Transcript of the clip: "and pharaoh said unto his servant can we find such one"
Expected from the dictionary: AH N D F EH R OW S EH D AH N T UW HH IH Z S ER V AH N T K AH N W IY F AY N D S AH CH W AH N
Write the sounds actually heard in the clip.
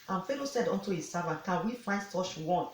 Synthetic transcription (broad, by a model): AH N F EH L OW S EH D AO N T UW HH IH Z S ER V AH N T K AH N W IY F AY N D S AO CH W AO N